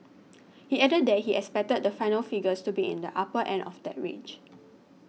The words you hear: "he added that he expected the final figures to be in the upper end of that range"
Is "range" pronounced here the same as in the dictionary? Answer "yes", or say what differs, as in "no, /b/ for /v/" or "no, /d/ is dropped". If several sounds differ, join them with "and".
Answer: no, /n/ is dropped